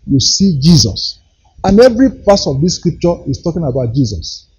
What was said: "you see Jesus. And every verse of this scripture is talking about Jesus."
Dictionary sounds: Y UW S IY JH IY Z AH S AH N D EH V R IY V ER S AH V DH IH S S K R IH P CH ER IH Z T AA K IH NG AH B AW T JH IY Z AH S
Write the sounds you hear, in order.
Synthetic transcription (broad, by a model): Y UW S IY JH IY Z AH S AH N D EH V R IY P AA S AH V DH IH S S K R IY P CH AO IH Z T AA K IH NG AH B AW T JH IY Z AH S